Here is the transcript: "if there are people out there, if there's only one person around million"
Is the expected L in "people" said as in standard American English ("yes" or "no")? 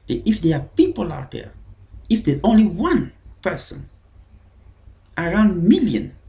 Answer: yes